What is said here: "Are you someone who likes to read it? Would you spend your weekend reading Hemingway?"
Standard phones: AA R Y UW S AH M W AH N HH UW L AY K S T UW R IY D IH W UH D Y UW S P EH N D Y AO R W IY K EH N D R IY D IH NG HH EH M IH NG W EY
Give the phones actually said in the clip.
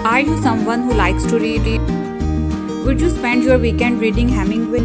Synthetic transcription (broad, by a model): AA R Y UW S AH M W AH N HH UW L AY K S T UW R IY D IH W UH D Y UW S P EH N D Y AO R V IY K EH N D R IY D IH NG HH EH M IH NG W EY